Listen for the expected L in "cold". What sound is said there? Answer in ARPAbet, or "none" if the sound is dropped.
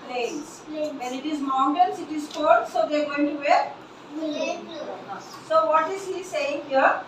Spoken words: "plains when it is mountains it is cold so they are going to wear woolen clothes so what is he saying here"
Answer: none